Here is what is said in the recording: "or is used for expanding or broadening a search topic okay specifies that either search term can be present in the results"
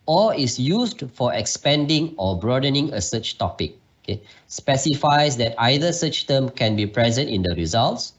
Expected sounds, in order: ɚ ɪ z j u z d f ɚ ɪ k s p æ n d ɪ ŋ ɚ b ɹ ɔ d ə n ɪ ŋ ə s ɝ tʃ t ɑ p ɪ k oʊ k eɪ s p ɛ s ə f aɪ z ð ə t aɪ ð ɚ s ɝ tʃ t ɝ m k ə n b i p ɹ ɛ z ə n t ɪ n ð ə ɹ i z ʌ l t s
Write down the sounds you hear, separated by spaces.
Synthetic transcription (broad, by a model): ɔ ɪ s j u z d f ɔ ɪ k s p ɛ n d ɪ ŋ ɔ b ɹ ɔ d ə n ɪ ŋ ə s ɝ tʃ t ɑ p ɪ k oʊ k eɪ s p ɛ s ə f aɪ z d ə t aɪ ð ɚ s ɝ tʃ t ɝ m k ə n b i p ɹ ɛ z ə n t ɪ n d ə ɹ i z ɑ l t s